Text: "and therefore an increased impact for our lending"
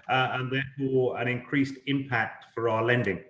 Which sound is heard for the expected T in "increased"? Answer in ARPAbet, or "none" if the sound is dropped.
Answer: T